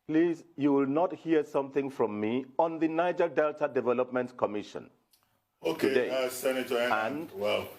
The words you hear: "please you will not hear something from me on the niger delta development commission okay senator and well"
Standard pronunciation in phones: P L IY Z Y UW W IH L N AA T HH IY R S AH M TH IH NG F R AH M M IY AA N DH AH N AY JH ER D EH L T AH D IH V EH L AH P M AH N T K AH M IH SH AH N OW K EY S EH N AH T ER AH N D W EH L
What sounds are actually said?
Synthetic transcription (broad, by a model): P L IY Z Y UW W IH L N AA T HH IY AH S AH M TH IH NG F R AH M M IY AA N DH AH N AY JH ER D EH L T AH D IH V EH L AH P M AH N T K AH M IH SH AH N OW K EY S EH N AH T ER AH N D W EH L